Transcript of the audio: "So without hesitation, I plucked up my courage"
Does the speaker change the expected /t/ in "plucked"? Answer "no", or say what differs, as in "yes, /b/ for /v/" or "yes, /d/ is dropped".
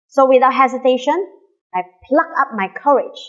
yes, /t/ is dropped